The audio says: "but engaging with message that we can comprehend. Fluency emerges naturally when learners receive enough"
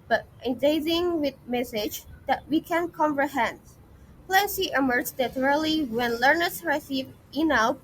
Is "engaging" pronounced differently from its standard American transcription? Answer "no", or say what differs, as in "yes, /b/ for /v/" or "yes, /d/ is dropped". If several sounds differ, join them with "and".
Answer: yes, /z/ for /dʒ/